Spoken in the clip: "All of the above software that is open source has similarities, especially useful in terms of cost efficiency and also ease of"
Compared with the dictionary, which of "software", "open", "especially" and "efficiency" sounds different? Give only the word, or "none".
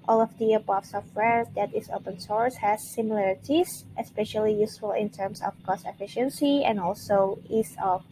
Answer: none